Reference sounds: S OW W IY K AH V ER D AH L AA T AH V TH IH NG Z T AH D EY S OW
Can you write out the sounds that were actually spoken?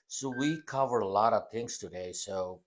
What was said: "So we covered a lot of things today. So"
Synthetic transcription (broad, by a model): S OW W IY K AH V ER AH L AA T AH V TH IH NG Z T AH D EY S OW